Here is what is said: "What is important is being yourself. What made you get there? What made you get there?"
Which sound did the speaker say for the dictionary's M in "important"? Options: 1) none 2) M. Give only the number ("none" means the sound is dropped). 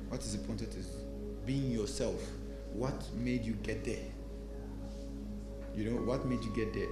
1